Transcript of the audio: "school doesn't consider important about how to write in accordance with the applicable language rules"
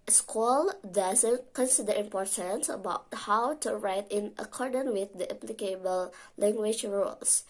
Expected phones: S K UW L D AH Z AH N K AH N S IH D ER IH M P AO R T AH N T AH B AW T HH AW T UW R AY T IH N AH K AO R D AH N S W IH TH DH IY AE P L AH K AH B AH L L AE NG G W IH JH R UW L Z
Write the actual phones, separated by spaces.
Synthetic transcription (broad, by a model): S K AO L D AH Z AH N K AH N S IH D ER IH M P AO R T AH N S AH B AW T HH AW T UW R AY T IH N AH K AO R D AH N W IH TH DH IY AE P L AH K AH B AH L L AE NG G W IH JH R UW L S